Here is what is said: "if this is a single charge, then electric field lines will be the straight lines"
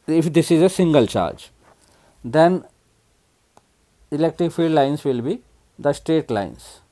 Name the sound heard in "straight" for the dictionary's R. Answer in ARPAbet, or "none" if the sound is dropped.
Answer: R